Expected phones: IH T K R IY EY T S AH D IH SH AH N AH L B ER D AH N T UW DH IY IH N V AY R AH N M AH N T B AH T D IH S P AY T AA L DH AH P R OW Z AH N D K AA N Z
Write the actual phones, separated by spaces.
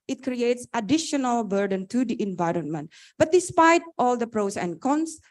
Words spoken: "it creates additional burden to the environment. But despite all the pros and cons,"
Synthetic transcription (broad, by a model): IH T K R IY EY T S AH D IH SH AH N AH L B ER D AH N T UW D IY IH N V AY R AH N M AH N T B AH T D IH S P AY T AA L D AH P R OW S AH N K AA N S